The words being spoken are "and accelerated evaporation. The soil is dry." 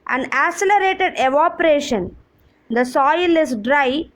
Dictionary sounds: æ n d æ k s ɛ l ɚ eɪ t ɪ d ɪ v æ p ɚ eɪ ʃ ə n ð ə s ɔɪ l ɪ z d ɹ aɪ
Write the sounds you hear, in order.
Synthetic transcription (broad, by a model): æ n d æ s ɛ l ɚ eɪ t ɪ d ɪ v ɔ p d eɪ ʃ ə n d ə s ɔɪ l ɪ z d ɹ aɪ